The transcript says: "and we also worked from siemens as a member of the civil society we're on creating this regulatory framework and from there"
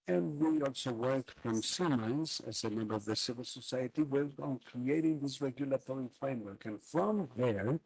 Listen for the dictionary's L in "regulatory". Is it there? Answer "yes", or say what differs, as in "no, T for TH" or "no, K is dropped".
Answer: yes